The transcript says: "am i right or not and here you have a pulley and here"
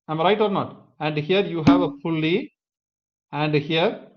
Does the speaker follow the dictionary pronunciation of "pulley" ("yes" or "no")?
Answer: no